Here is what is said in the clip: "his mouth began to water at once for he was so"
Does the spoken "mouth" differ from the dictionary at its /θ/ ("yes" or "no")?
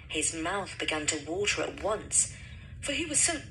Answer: no